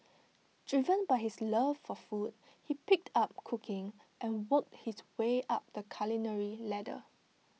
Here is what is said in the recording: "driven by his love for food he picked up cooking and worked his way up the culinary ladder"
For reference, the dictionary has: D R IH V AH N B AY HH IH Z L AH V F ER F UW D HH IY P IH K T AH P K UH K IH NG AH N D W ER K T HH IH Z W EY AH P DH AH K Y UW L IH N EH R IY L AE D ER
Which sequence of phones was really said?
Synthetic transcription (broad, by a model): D R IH V AH N B AY HH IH S L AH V F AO F UW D HH IY P IH K T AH P K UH K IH NG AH N W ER K T HH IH S W EY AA P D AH K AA L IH N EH R IY L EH D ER